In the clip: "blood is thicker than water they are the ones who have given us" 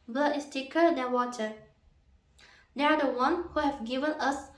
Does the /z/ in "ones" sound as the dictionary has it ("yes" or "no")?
no